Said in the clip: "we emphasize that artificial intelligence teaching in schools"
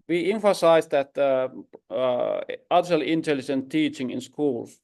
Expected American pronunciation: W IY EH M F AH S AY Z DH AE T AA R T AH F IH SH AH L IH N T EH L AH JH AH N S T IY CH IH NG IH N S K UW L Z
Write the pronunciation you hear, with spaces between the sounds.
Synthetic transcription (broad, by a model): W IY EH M F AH S AY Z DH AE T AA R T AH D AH L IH N T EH L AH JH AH N T IY CH IH NG IH N S K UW L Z